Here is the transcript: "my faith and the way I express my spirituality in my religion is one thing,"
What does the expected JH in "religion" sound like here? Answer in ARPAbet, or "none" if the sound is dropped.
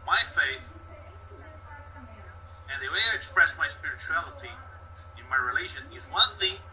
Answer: ZH